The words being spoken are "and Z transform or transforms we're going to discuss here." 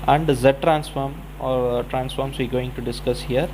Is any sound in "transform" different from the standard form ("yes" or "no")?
no